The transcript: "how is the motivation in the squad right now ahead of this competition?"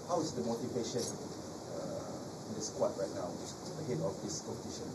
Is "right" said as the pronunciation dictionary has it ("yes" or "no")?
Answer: yes